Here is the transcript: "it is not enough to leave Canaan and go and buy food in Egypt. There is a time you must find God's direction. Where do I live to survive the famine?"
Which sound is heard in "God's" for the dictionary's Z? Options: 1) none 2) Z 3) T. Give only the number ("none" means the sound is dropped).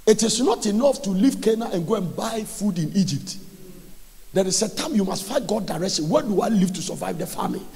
1